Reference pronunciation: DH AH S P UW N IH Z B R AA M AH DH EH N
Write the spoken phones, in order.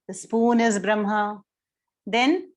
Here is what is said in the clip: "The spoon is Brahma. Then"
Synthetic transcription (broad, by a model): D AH S P UW N IH Z B R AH M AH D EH N